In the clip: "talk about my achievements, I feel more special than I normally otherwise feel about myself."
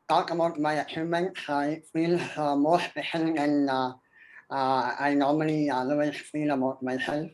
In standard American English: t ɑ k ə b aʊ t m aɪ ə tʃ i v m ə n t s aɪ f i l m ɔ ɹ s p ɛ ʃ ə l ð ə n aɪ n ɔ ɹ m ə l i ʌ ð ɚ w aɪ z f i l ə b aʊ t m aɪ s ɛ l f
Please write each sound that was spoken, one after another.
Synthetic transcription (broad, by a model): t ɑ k ə b aʊ t m aɪ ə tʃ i m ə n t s aɪ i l m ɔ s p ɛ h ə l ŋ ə n aɪ n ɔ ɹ m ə l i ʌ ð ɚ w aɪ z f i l ə b aʊ t m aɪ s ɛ l f